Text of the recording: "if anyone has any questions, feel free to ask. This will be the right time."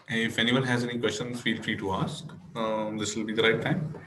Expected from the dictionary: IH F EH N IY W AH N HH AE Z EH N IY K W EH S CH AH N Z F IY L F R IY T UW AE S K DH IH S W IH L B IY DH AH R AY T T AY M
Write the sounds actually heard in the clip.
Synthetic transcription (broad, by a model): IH F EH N IY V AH N HH AE Z EH N IY K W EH S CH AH N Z F IY L F R IY T UW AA S K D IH S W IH L B IY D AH R AY T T AY M